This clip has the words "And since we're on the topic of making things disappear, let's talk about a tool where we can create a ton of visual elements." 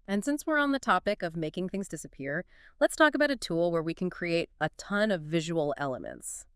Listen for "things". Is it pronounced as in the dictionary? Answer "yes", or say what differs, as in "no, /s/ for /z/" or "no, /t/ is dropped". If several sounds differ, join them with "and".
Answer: yes